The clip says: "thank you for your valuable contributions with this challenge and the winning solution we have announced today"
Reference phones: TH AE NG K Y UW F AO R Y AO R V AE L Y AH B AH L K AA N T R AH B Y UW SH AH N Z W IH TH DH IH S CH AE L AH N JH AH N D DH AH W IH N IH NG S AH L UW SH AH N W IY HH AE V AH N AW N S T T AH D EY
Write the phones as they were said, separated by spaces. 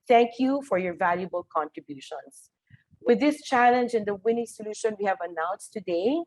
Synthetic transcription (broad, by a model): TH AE NG K Y UW F AO R Y AO R V AE L Y AH B AH L K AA N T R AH B Y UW SH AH N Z W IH DH IH S CH AE L AH N JH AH N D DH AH W IH N IH NG S AH L UW SH AH N W IY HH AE V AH N AW N S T T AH D EY